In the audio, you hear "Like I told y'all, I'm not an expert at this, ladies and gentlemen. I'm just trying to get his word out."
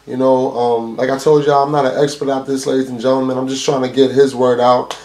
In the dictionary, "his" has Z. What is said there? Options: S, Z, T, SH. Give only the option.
Z